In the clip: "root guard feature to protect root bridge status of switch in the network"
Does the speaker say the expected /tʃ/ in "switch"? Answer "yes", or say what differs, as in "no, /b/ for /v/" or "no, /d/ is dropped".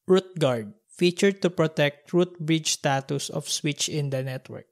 yes